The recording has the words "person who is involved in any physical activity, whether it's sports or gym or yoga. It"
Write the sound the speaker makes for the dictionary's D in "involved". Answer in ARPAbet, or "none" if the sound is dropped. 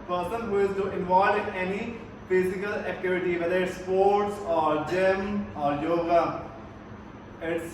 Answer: none